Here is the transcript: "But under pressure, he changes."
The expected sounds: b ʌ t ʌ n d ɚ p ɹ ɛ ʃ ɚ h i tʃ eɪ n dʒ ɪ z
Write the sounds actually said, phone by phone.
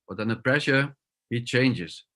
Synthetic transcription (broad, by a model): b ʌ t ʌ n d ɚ p ɹ ɛ ʃ ɚ h i tʃ eɪ n dʒ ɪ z